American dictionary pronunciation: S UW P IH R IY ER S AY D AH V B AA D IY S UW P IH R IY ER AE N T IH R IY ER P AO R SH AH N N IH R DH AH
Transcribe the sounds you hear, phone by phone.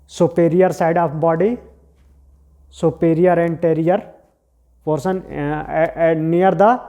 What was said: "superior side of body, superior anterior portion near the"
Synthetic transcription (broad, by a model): S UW P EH R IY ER S AY D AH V B AA D IY S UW P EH R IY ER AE N T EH R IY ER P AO R S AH N N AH R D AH